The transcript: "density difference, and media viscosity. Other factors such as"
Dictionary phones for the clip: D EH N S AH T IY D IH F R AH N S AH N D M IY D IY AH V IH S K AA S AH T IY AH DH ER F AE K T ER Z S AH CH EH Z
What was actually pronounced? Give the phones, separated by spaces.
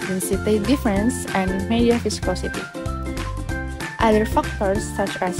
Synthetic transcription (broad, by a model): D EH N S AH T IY D IH F R AH N S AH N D M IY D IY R F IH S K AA S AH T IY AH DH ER F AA K T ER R S AH CH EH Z